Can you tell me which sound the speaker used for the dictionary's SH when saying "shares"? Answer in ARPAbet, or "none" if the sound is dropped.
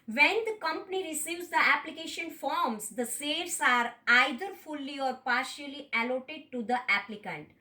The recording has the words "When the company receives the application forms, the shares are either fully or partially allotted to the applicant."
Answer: S